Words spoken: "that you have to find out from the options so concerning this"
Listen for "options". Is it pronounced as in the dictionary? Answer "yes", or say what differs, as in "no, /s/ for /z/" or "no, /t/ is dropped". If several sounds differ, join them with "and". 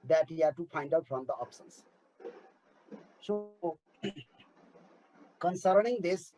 no, /s/ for /ʃ/